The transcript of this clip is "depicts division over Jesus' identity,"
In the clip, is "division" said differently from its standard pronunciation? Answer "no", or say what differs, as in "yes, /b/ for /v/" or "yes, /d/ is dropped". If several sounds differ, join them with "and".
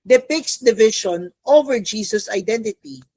yes, /ʃ/ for /ʒ/